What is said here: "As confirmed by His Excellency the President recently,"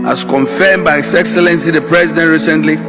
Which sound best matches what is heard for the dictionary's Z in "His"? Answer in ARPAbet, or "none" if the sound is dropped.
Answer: S